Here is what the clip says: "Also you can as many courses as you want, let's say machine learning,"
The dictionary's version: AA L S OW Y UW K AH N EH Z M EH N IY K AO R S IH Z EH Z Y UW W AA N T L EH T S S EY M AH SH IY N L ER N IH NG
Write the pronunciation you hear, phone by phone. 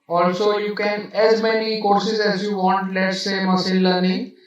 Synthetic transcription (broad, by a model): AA L S OW Y UW K AH N EH Z M EH N IY K AO R S IH Z EH Z Y UW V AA N T L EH T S S EY M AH S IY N L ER N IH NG